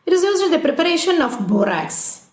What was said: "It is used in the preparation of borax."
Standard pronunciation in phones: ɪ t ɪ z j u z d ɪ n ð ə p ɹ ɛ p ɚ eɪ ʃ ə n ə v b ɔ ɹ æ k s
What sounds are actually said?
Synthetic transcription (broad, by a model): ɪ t ɪ z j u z ɪ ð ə p ɹ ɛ p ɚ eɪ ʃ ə n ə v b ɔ ɹ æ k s